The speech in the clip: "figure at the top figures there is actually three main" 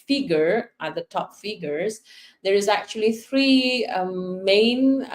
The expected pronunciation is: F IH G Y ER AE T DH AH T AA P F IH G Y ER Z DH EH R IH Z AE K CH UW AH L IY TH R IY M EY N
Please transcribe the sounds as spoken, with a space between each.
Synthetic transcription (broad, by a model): F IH G Y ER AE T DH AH T AA P F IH G Y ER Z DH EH R IH Z AE K CH UW AH L IY TH R IY M EY N